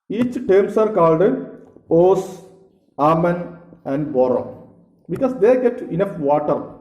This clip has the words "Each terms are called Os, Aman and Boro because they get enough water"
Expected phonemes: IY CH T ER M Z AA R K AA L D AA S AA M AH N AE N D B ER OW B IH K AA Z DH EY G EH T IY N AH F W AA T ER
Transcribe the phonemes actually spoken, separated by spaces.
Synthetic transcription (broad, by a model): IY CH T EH M S AA R K AA L D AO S AA M AH N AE N D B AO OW B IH K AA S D EY G EH T IY N AH F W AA T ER